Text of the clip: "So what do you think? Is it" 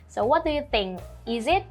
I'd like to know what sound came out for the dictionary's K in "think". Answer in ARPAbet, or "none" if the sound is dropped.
none